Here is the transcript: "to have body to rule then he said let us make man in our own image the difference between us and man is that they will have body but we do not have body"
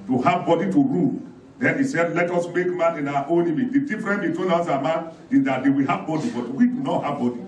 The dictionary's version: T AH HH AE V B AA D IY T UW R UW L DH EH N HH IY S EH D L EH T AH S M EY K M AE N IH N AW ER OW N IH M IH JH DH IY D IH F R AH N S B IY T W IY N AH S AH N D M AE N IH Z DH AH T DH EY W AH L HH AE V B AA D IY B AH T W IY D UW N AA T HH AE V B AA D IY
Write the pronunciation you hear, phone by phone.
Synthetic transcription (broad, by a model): T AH HH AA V B AA D IY T UW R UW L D EH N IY S EH D L EH T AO S M EY K M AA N IH N AW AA OW N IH M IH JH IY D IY F R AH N B IY T W IY N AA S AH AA M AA N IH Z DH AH T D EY W AH L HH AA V B AA D IY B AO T W IY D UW N AA T HH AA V B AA D IY